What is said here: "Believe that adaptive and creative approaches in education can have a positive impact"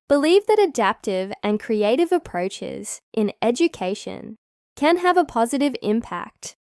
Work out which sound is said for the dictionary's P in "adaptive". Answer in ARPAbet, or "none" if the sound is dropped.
P